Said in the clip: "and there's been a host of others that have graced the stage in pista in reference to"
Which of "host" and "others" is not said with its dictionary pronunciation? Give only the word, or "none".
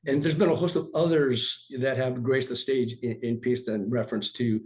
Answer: none